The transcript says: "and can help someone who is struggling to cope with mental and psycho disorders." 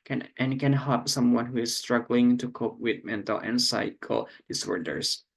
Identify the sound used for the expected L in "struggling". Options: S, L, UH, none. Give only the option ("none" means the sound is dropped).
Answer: L